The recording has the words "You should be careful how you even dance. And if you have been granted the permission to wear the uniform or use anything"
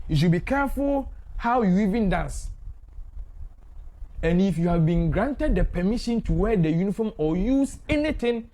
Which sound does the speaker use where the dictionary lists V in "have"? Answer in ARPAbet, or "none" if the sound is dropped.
V